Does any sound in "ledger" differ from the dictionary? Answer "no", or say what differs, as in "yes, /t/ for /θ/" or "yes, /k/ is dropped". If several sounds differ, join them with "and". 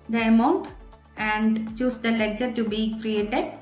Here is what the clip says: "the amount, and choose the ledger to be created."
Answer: yes, /tʃ/ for /dʒ/